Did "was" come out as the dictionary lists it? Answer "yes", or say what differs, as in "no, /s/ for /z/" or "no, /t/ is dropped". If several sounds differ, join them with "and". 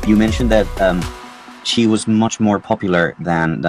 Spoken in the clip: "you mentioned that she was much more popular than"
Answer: yes